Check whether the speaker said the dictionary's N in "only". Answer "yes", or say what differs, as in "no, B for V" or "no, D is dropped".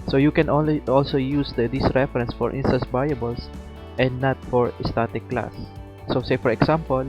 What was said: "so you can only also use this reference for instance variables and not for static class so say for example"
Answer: no, N is dropped